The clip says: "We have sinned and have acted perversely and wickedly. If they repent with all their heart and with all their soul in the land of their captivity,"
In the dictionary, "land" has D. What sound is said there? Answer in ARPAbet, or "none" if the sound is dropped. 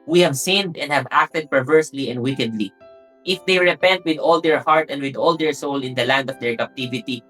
D